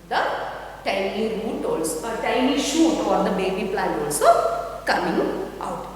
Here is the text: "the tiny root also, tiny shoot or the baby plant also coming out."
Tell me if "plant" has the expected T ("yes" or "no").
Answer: no